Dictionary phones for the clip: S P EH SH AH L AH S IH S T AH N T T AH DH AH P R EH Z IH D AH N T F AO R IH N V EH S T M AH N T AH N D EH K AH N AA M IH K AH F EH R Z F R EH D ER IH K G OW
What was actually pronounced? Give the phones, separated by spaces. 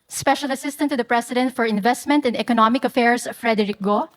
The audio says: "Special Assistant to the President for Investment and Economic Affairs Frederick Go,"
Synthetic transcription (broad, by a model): S P EH SH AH L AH S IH S T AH N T T AH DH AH P R EH S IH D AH N T F AO R IH N V EH S T M AH N T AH N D EH K AH N AA M IH K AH F EH R S F R EH D ER IH K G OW